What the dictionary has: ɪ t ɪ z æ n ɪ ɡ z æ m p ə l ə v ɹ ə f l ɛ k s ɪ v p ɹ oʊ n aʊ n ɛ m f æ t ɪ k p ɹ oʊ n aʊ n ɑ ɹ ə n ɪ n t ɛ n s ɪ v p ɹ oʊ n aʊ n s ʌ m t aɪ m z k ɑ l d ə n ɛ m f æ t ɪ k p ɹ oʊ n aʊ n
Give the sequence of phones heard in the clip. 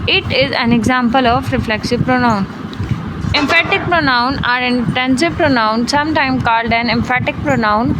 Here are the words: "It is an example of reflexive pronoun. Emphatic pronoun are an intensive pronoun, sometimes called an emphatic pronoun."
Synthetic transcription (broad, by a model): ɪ t ɪ z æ n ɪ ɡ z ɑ m p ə l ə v ɹ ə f l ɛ k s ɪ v p ɹ oʊ n aʊ n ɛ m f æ t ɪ k p ɹ oʊ n aʊ n ɑ ɹ ə n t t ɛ n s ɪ p ɹ oʊ n aʊ n s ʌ m t aɪ m k ɑ l d ə n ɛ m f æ t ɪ k p ɹ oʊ n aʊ n